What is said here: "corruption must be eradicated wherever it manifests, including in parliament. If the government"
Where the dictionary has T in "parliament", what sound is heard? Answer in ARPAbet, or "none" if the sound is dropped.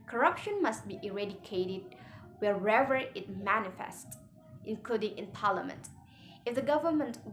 T